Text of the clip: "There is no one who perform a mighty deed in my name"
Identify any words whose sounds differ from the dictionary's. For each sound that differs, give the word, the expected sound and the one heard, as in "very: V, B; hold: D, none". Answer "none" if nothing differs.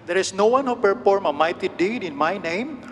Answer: is: Z, S